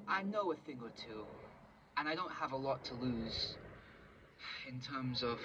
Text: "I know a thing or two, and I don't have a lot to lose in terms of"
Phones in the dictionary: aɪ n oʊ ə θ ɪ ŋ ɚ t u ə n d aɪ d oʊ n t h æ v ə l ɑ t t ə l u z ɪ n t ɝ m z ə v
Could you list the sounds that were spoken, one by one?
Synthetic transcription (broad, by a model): aɪ n oʊ ə θ ɪ ŋ ɚ t u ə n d aɪ d oʊ n t h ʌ v ə l ɑ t t ə l u z ɪ n t ɝ m z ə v